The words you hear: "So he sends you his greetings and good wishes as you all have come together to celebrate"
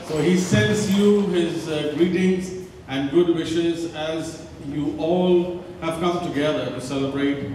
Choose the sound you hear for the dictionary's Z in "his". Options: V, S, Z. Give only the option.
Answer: Z